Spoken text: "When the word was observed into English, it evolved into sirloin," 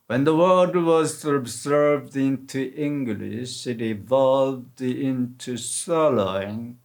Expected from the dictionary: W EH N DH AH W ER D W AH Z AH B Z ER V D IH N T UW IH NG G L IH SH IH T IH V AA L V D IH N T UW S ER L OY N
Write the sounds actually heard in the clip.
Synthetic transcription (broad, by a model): W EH N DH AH W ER D W AH Z AH B Z ER V D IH N T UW IH NG G L IH SH IH T IH V AA L V D IH N T UW S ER L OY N